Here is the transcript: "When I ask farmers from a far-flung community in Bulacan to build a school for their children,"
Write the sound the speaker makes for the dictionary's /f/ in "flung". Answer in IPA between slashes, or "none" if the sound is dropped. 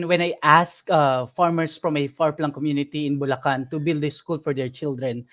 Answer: /p/